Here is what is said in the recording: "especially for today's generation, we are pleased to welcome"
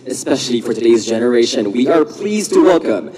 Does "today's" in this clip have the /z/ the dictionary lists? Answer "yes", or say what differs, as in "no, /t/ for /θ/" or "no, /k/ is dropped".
yes